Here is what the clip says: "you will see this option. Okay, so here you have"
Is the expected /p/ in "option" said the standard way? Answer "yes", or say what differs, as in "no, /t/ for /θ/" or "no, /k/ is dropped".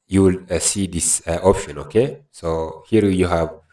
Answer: yes